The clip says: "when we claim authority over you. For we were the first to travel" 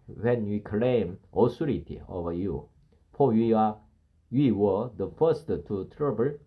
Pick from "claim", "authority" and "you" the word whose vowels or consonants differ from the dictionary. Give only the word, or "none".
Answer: authority